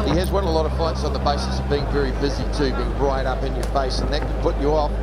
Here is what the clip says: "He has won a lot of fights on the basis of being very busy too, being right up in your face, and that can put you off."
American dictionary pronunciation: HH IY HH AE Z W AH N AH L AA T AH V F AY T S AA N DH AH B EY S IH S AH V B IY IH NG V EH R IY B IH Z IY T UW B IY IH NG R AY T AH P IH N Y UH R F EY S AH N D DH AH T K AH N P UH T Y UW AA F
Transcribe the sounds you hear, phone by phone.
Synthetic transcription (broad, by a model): HH IY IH Z W AH N AH L AA T AH V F AY T S N DH AH B EY S IH S AH V B IY IH NG V EH R IY B IH Z IY T UW B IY IH NG R AY T AH P IH N Y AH R F EY S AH N DH AH T K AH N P UH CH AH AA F